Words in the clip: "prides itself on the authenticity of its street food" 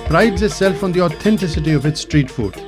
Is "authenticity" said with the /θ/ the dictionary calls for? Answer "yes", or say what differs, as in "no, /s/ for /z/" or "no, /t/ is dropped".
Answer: no, /t/ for /θ/